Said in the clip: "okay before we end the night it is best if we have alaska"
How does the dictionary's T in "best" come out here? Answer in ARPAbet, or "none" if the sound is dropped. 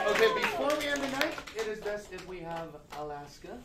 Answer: none